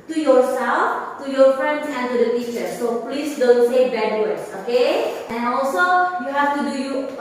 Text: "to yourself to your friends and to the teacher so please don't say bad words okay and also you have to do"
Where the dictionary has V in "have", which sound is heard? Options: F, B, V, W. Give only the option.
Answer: F